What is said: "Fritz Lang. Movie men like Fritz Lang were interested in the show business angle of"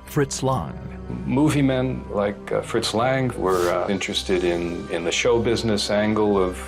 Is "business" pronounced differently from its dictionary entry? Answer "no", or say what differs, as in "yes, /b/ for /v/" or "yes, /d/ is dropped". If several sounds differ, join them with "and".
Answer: no